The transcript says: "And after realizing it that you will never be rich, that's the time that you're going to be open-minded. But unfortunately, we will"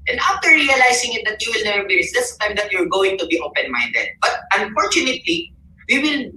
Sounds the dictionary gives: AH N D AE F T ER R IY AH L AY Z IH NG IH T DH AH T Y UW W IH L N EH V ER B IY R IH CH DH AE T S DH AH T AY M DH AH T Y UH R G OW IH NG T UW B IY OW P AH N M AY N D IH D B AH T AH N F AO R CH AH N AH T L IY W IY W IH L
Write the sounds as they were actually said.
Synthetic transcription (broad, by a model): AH N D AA F T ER R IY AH L AY S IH NG IH T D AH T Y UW W IH L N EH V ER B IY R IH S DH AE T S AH T AY M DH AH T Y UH R G OW IH NG T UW B IY OW P AH N M AY N D IH D B AH T AH N F AO R CH AH N AH T L IY W IY W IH L